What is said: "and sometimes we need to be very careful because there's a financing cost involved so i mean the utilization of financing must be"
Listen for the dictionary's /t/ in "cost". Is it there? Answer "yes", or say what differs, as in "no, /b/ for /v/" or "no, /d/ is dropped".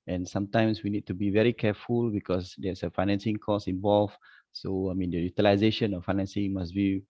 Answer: no, /t/ is dropped